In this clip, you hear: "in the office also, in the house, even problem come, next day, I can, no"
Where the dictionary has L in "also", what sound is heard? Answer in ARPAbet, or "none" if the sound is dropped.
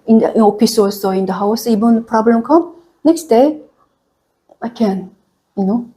none